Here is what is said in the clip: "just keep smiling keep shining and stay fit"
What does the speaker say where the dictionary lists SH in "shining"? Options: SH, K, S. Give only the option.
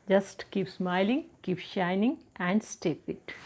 SH